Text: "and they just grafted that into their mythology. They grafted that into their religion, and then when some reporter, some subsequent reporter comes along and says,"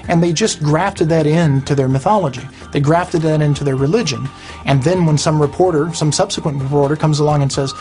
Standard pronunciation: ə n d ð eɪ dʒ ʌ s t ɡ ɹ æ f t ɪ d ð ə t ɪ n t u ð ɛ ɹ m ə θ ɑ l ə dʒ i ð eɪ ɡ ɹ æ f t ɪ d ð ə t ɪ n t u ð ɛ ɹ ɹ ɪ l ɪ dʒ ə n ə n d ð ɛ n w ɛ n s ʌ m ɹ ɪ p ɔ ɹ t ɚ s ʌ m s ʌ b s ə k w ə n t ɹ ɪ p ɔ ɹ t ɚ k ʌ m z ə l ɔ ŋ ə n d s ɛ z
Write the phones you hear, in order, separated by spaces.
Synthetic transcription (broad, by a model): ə n ð eɪ dʒ ʌ s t ɡ ɹ æ f t ɪ d ð ə t ɪ n t u ð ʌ ɹ m ə θ ɑ l ə dʒ i ð eɪ ɡ ɹ æ f t ɪ d ð ə t ɪ n t u ð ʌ ɹ ɹ ɪ l ɪ dʒ ə n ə n ð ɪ n w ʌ n s ʌ m ɹ ɪ p ɔ ɹ t ɚ s ʌ m s ʌ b s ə k w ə n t ɹ ɪ p ɔ ɹ t ɚ k ʌ m z ə l ɔ ŋ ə n s ɛ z